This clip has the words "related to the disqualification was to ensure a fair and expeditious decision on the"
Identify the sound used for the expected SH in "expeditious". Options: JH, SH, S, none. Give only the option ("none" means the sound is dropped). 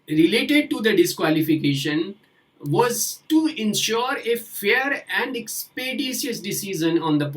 S